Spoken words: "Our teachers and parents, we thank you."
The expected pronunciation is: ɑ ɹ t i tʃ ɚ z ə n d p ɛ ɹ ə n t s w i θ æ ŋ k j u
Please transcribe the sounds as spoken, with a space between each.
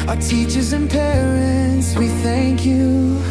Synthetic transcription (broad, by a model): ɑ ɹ t i tʃ ɚ z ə n p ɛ ɹ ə n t s w i θ æ ŋ k j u